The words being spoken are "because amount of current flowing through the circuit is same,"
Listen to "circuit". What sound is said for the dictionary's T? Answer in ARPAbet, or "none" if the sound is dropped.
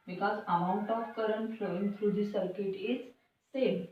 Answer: T